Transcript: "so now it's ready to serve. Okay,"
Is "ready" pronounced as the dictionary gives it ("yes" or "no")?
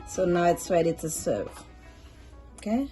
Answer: no